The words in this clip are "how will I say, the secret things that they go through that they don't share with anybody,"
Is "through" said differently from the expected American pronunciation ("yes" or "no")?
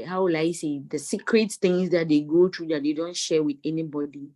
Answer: yes